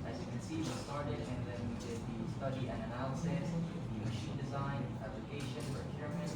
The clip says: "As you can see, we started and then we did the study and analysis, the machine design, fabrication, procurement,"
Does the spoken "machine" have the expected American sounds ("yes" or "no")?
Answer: yes